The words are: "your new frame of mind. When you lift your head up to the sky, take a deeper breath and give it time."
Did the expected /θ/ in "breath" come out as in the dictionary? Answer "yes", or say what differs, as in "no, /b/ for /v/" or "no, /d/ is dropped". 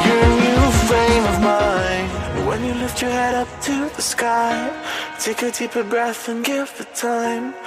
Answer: yes